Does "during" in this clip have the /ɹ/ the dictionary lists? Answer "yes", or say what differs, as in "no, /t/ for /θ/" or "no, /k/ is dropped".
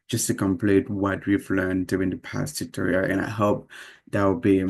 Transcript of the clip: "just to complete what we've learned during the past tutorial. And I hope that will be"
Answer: no, /ɹ/ is dropped